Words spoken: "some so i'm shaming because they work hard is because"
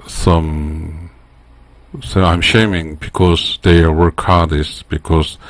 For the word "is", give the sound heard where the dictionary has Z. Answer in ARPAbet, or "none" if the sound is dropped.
S